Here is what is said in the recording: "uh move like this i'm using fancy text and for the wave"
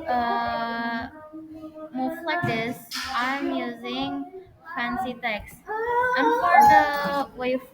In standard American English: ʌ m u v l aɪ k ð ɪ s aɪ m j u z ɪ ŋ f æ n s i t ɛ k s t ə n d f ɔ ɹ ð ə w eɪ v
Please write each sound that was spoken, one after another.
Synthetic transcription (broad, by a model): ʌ m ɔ f l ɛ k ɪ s aɪ m j u z ɪ ŋ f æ n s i t ɛ k s t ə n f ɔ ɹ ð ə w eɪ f